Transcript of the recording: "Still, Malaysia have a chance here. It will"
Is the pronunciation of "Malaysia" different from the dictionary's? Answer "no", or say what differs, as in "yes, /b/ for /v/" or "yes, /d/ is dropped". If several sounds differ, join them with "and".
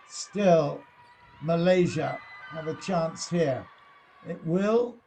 no